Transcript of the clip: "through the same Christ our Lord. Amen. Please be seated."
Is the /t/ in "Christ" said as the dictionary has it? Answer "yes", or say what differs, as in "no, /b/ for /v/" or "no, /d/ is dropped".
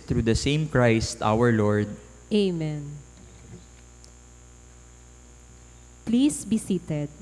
yes